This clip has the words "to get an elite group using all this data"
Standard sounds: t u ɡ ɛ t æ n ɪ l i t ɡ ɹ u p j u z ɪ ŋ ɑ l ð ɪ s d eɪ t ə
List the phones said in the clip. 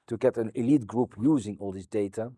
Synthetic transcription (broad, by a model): t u ɡ ɛ t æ n ɪ l i t ɡ ɹ u p j u z ɪ ŋ ɑ l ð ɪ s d eɪ t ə